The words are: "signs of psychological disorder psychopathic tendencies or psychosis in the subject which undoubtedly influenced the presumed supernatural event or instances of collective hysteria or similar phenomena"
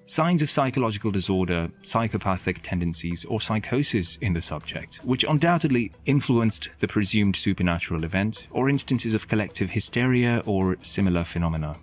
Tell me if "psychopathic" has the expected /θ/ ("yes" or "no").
yes